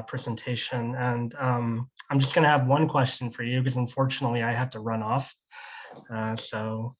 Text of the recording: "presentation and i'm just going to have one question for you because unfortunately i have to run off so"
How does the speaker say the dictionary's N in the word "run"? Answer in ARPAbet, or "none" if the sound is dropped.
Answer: N